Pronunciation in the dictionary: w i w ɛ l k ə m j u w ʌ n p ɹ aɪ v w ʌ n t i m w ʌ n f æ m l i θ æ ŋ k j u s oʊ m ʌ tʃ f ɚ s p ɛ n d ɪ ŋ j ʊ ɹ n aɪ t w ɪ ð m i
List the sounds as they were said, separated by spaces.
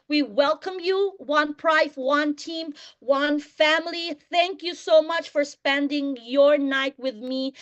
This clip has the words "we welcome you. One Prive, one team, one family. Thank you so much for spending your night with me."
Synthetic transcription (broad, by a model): w i w ɛ l k ə m j u w ʌ n p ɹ aɪ f w ʌ n t i m w ʌ n f æ m l i θ æ ŋ k j u s oʊ m ʌ tʃ f ɚ s p ɛ n d ɪ ŋ j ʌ ɹ n aɪ t w ɪ ð m i